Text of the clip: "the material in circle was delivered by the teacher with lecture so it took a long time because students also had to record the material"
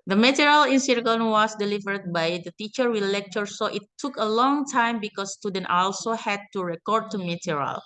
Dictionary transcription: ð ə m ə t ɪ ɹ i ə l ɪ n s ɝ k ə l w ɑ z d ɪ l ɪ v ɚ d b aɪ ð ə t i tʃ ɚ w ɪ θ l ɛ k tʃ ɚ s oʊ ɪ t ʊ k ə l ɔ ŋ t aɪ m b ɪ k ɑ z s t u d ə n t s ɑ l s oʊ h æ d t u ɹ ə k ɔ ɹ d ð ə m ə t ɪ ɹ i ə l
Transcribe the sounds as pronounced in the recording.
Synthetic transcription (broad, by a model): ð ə m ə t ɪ ɹ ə l ɪ n s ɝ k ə n w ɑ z d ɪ l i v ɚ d b aɪ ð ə t i tʃ ɚ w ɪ l ɛ k tʃ ɚ s oʊ ɪ t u k ə l ɔ ŋ t aɪ m b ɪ k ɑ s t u d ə n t ɑ l s oʊ h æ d t u ɹ ə k ɔ ɹ d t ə m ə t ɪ ɹ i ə l